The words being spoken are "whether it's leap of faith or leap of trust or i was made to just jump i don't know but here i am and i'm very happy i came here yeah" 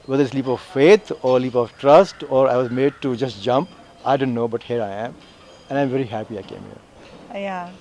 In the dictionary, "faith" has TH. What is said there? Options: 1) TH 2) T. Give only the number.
2